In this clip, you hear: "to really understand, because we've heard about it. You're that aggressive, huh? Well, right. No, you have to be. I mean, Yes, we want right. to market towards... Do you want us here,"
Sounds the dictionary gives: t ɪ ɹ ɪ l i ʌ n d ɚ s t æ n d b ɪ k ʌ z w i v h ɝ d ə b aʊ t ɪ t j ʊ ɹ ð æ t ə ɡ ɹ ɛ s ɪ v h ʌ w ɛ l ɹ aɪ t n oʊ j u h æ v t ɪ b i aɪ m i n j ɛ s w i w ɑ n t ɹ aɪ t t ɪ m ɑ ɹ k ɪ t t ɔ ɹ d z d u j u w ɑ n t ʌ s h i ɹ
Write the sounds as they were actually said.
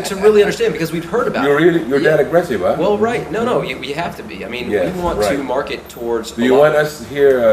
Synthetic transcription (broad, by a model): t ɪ ɹ ɪ l i ʌ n d ɚ s t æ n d b ɪ k ʌ z w i v h ɝ d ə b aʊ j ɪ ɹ j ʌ ɹ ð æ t ə ɡ ɹ ɛ s ɪ v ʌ w ɛ l ɹ aɪ t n oʊ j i h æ f t ɪ b i aɪ m i n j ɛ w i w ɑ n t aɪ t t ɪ m ɑ ɹ k ɪ t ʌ ɔ ɹ d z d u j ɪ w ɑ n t ʌ s h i ɹ